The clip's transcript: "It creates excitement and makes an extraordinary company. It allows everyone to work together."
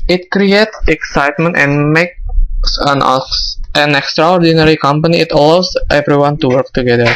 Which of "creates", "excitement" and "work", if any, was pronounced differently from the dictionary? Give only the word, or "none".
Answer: none